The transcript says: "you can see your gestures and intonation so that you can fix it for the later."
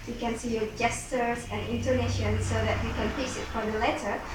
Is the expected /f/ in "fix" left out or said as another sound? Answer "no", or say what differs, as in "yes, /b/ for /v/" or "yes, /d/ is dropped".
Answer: yes, /p/ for /f/